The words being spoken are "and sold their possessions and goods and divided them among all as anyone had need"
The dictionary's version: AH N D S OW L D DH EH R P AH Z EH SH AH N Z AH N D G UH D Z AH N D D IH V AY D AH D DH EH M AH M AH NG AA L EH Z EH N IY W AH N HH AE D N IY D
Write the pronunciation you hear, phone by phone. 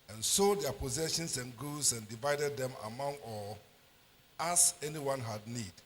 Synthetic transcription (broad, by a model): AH N S OW D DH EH P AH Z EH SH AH N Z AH N G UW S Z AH N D D IH V AY D AH D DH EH M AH M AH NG AA L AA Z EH N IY W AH N HH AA D N IY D